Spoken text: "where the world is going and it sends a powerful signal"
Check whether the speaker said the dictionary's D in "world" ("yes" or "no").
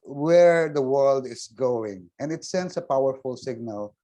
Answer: yes